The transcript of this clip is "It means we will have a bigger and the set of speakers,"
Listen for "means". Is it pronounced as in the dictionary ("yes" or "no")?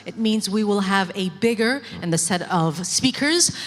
yes